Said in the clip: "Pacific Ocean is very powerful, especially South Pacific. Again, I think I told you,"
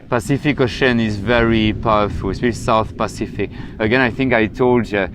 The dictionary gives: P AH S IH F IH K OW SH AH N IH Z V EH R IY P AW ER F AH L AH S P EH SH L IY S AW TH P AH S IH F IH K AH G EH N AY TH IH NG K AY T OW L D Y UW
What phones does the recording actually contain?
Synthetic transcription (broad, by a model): P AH S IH F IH K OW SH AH N IH Z V EH R IY P AW ER F AH L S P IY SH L S AW TH P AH S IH F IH K AH G EH N AY TH IH NG K AY T OW L D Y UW